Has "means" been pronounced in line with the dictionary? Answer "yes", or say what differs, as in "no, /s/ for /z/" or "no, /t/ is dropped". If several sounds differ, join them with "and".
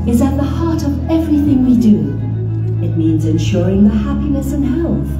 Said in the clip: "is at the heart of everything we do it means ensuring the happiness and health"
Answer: yes